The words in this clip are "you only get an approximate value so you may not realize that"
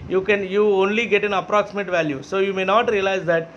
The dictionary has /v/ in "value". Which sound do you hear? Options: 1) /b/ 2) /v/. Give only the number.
2